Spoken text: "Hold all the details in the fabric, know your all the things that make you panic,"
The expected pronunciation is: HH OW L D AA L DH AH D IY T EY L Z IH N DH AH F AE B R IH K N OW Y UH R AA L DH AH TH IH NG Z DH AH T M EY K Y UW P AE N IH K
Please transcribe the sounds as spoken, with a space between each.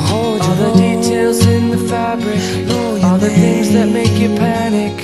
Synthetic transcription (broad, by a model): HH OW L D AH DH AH D IY T EY L Z IH N DH AH F AE B R IH K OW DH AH R TH IH NG Z DH AH T M EY K Y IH P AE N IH K